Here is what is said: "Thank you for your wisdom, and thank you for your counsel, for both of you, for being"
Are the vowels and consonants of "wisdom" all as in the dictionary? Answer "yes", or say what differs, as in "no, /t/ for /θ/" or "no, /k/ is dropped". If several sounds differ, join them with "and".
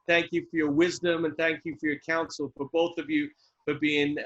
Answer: yes